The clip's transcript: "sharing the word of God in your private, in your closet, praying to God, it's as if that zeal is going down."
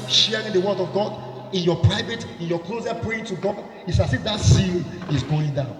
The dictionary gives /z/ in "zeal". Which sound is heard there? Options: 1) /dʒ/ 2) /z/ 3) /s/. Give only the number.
3